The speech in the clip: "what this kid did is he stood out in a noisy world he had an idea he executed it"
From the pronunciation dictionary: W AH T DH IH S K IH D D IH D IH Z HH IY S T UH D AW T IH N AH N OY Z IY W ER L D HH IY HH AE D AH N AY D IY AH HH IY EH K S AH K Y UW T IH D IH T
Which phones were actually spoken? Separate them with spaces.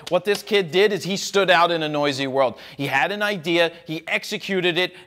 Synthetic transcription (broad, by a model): W AH T DH IH S K IH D D IH D IH Z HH IY S T UH D AW T IH N AH N OY Z IY W ER L D HH IY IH D AH N AY D IY AH HH IY EH K S AH K Y UW T IH D IH T